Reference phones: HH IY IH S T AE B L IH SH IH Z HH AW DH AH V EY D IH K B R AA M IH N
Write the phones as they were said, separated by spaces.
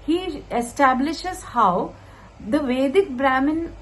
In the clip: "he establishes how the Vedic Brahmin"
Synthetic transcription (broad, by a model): HH IY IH S T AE B L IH SH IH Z HH AW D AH V EY D IH K B R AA M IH N